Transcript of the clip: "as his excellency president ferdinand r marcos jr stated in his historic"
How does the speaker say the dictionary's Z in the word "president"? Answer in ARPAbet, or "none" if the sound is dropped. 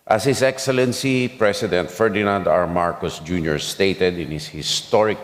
S